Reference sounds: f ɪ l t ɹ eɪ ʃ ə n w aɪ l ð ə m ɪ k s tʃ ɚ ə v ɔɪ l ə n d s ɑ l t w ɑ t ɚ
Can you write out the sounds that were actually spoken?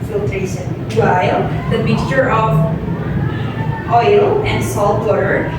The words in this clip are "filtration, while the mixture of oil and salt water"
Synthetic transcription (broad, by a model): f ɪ l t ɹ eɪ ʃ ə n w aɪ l ð ə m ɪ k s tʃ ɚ ə v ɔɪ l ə n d s ɑ l t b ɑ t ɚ